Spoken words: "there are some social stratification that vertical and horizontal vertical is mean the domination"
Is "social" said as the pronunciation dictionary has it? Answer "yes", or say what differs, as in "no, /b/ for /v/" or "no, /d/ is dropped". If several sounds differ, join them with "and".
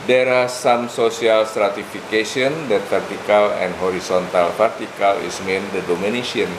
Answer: no, /s/ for /ʃ/